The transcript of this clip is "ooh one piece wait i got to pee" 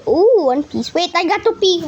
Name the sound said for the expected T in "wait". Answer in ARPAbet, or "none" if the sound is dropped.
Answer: T